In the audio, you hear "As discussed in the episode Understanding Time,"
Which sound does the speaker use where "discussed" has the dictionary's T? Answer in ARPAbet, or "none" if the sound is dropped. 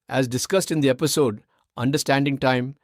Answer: T